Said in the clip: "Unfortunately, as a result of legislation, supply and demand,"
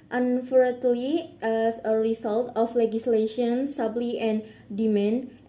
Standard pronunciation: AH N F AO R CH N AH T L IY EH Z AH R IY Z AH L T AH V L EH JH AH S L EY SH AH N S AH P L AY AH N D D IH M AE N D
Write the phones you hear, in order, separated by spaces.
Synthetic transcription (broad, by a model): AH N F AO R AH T L IY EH S AH R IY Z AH L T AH F L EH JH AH S L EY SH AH N S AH B L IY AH N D D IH M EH N